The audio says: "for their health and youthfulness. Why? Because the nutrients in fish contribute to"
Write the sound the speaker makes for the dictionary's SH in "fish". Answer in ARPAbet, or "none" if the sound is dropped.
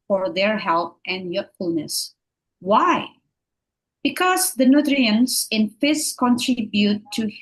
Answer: S